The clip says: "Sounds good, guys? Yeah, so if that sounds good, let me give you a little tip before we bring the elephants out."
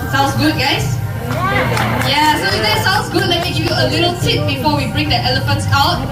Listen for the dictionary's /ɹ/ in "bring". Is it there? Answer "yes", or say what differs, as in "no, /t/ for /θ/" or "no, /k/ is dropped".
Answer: yes